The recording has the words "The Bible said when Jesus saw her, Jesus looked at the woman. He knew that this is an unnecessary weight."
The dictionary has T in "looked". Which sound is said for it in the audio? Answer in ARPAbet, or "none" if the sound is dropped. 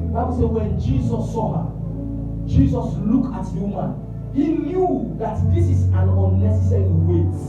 none